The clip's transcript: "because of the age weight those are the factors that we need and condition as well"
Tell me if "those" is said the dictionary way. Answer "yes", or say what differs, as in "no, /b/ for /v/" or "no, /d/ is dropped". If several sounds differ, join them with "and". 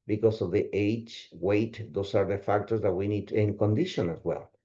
no, /s/ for /z/